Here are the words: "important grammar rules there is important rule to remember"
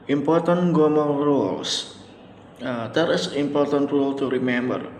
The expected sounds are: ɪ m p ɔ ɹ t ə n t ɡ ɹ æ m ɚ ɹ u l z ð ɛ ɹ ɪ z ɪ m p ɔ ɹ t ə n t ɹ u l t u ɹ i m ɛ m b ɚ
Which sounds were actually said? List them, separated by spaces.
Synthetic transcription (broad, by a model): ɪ m p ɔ ɹ t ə n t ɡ ɔ m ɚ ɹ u l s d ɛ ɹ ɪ s ɪ m p ɔ ɹ t ə n t ɹ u l t u ɹ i m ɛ m b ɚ